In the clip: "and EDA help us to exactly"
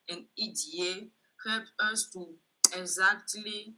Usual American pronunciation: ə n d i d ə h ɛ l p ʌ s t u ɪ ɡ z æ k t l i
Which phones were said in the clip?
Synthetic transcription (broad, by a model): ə n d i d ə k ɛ p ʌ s t u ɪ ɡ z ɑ k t l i